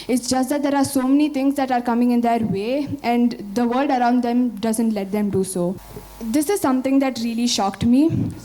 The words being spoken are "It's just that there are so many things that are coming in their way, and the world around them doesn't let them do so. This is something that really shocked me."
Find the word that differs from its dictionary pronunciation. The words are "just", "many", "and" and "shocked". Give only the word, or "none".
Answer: none